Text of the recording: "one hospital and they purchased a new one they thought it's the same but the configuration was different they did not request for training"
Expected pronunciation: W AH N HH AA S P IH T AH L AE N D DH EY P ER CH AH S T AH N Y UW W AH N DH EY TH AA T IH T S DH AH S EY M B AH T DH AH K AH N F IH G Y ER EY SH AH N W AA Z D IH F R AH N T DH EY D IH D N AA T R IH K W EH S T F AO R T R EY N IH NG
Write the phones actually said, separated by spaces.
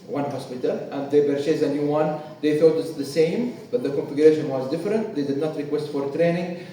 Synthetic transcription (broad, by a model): W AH N HH AA S P IH T AH L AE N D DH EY B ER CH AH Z AH N Y UW W AH N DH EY TH AA T IH T S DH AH S EY M B AH T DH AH K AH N F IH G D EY SH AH N W AA Z D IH F R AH N T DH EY D IH D N AA T R IH K W EH S T F AO R T R EY N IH NG